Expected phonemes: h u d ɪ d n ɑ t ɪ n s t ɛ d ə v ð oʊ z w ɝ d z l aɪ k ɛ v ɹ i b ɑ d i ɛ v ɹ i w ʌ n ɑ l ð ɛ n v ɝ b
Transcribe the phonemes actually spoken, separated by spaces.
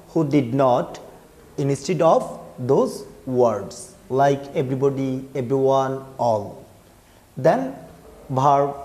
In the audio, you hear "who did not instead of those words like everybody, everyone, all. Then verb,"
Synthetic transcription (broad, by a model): h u d ɪ d n ɑ t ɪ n s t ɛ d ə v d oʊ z w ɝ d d l aɪ k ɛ b ɹ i b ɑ d i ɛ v ɹ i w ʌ n ɑ l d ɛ n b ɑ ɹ